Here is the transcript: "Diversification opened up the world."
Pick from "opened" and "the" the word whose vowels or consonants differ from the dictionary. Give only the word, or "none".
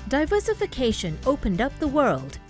none